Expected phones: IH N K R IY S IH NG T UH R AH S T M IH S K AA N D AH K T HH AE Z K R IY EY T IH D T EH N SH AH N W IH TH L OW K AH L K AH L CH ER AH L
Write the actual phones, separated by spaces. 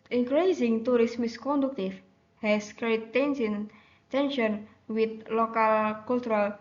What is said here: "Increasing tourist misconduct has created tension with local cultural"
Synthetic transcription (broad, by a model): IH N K R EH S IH NG T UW R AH S M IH S K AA N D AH K T HH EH S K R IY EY S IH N T EH N SH AH N W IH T L OW K AH L K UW L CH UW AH L